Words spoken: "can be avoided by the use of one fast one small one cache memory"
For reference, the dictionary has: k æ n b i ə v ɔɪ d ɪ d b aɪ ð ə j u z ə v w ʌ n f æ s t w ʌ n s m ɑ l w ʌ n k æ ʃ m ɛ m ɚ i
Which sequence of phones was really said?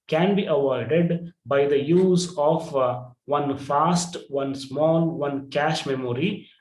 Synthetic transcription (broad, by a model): k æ n b i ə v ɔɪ d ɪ d b aɪ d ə j u z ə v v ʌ n f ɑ s t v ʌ n s m ɑ l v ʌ n k æ ʃ m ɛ m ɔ i